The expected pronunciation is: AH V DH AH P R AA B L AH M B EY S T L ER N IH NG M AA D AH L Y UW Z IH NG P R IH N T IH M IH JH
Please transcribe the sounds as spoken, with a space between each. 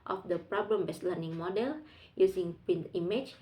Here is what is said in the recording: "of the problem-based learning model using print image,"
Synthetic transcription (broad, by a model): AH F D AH P R AA B L AH M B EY S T L ER N IH NG M AA D AH L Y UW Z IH NG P IH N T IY M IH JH